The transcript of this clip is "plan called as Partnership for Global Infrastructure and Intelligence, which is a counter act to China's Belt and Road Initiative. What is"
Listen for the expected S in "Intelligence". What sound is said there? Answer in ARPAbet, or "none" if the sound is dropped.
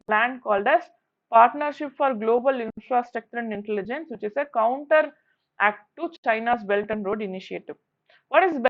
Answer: S